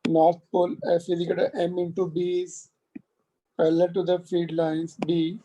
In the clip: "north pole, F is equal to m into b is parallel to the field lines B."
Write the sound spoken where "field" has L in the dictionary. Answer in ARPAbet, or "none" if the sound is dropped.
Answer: none